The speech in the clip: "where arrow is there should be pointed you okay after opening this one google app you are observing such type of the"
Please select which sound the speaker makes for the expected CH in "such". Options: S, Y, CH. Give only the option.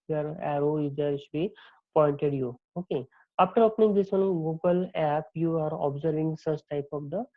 S